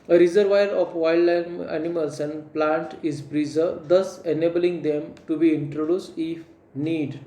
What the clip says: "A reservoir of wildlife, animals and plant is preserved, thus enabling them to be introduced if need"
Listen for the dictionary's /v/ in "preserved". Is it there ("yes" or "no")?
no